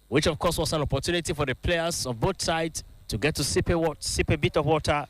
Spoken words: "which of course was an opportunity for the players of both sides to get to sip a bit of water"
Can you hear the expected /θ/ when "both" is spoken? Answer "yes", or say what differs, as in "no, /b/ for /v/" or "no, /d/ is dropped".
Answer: no, /t/ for /θ/